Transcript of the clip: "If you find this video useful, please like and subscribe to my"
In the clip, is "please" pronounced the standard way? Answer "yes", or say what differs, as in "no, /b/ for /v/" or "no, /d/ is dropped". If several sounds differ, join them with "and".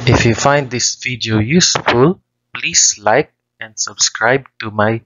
no, /s/ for /z/